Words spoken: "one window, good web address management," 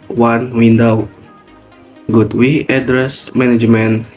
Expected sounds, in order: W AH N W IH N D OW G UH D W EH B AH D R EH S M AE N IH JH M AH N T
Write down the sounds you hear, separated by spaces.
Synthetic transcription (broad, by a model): W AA N W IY N D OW G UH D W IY AH D R EH S M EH N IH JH M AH N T